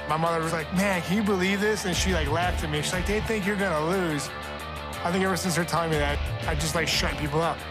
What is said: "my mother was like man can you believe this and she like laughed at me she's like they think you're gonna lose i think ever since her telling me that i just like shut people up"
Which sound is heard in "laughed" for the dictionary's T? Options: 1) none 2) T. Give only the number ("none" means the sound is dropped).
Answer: 2